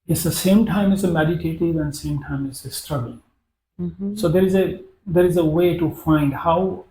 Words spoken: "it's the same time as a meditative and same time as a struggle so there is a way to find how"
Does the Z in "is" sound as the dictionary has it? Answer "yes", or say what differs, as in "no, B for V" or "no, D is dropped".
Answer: yes